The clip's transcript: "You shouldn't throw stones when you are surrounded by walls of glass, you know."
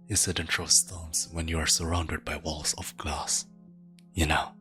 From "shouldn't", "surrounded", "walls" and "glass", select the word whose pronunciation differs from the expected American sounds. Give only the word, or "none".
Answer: shouldn't